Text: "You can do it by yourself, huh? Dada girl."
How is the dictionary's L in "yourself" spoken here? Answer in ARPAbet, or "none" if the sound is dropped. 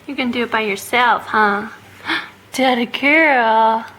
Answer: L